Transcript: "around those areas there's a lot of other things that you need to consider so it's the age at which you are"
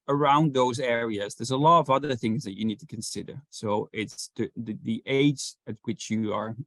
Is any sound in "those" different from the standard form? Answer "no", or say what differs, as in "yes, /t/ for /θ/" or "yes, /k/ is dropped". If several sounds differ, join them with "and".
no